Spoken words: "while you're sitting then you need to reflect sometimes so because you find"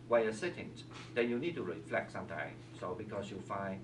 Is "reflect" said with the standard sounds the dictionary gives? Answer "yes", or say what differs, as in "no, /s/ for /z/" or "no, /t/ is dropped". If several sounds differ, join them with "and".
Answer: yes